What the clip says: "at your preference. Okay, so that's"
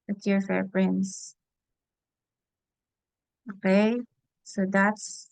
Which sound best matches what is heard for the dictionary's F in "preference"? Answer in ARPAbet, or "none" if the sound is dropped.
P